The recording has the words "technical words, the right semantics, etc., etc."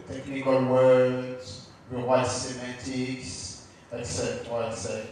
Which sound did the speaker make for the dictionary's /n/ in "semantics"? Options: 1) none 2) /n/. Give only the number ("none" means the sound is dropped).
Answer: 1